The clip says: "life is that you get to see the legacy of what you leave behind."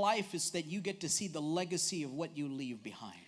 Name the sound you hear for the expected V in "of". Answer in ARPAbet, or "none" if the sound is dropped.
V